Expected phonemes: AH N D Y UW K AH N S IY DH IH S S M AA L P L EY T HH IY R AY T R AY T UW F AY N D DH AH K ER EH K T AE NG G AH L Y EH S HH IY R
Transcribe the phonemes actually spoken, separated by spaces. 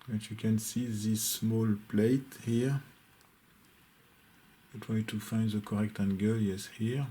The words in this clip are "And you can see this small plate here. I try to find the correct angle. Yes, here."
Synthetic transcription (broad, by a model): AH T Y UW K AH N S IY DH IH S S M AA L P L EY T HH IY R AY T W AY T UW F AY N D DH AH K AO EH K T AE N G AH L Y EH S HH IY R